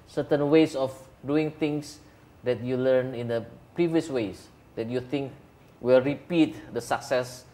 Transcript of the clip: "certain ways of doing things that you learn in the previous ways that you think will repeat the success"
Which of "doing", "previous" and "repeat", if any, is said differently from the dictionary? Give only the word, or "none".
none